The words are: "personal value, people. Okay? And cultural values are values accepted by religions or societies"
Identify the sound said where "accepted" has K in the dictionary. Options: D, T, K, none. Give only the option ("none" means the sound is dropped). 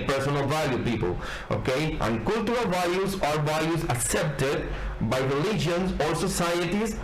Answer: K